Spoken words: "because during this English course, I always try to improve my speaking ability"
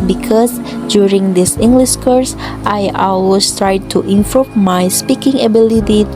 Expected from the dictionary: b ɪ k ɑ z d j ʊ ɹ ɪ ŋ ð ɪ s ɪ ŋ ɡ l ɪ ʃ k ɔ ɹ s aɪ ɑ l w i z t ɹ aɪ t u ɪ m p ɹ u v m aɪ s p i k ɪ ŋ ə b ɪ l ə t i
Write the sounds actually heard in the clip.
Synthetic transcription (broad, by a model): b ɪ k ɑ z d j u ɹ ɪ ŋ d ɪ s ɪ ŋ ɡ l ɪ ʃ k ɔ ɹ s aɪ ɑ l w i s t ɹ aɪ t u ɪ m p ɹ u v m aɪ s p i k ɪ ŋ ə b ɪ l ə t i